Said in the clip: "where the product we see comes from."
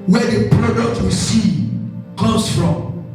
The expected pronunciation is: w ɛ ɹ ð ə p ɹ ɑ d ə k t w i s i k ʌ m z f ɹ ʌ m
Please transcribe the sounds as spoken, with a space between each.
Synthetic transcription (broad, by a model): w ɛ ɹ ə p ɹ ɑ d ə k t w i s i k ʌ m s f ɹ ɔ m